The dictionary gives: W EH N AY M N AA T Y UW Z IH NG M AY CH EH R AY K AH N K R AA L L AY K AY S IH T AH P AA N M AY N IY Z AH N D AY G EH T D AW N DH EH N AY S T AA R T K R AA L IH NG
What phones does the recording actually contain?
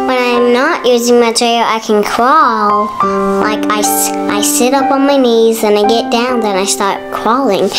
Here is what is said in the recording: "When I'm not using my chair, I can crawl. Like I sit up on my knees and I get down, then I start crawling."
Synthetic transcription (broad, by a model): W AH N AY M N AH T Y UW Z IH NG M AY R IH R AY K AH N K R AA L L AY K AY S IH T AH P N M AY N IY Z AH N AY G EH T D AW N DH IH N AY S T AA R T K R AA L IH NG